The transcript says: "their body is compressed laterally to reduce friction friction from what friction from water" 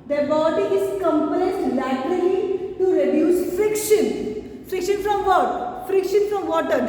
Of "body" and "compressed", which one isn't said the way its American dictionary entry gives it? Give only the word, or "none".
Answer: compressed